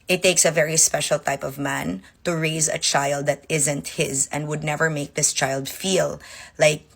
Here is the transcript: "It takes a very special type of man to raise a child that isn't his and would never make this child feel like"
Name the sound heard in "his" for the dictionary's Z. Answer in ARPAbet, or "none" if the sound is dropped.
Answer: Z